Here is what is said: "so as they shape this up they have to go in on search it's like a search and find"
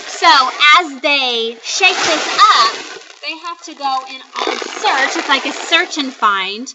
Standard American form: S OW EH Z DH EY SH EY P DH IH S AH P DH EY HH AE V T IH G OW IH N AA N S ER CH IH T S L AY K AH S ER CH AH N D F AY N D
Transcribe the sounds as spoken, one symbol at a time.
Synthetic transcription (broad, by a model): S OW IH Z DH EY SH EY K DH IH S AH P DH EY HH AE F T IH G OW IH N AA L S ER CH IH T S L AY K AH S ER CH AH N F AY N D